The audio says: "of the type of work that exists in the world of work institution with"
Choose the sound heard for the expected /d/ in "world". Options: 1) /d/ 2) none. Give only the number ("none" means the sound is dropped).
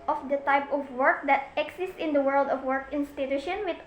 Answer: 1